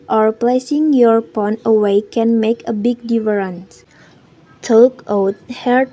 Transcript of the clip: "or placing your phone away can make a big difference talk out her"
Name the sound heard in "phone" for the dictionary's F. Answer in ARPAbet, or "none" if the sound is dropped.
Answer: P